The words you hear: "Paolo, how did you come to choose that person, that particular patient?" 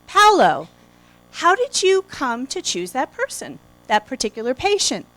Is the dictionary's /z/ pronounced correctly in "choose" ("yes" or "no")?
yes